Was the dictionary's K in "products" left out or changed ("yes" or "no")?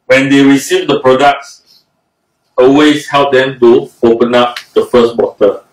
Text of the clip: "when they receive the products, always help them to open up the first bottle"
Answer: no